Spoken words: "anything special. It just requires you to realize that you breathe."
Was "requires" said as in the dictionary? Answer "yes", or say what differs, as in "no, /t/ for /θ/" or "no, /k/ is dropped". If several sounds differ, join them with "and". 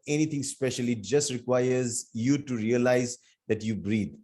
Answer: yes